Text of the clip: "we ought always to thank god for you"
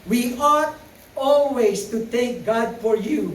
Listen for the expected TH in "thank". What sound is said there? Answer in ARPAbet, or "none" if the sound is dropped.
T